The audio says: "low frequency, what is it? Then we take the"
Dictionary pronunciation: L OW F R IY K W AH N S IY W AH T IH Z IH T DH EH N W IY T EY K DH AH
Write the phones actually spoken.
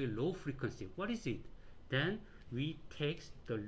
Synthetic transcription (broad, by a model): L OW F R IY K W AH N S IY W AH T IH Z IH T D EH N W IY T EY K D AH